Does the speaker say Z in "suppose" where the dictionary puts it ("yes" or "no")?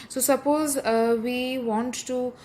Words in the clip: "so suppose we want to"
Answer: yes